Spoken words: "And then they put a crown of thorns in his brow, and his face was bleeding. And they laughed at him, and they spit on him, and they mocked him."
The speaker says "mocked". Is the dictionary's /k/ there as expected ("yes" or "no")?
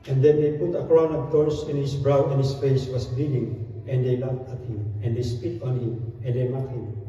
no